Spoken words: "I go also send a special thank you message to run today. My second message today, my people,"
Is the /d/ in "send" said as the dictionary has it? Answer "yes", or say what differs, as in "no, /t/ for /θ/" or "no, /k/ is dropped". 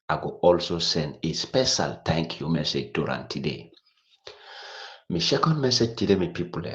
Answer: yes